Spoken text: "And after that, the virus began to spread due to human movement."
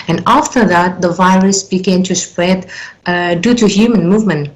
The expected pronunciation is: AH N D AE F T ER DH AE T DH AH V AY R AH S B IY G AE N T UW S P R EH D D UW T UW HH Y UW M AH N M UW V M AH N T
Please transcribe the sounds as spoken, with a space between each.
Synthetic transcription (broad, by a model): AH N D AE F T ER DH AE T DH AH V AY R AH S B IY G AE N T UW S P R EH D D UW T UW HH Y UW M AH N M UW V M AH N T